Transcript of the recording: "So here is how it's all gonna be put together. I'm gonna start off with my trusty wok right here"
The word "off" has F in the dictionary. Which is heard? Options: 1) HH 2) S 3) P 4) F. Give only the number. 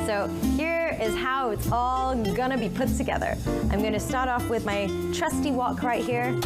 4